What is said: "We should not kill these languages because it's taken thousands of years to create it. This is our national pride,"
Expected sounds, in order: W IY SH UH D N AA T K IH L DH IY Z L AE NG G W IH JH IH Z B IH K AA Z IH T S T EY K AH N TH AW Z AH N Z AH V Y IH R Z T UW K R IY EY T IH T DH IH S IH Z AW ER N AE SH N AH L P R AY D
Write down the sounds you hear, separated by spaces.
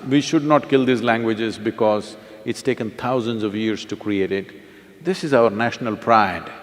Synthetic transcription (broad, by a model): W IY SH UH D N AA T K IH L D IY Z L AE NG G W IH JH IH Z B IH K AA Z IH T S T EY K AH N T AW Z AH N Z AH V Y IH R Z T UW K R IY EY T IH T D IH S IH Z AW ER N AE SH N AH L P R AY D